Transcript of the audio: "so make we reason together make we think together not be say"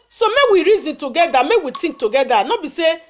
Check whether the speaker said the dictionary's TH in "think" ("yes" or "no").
no